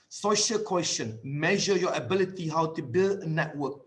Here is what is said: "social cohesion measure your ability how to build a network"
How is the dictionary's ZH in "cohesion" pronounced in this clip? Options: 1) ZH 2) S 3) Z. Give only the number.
2